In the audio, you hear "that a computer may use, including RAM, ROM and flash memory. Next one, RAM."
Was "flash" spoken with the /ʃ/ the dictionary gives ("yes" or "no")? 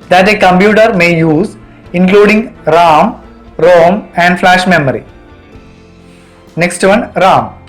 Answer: yes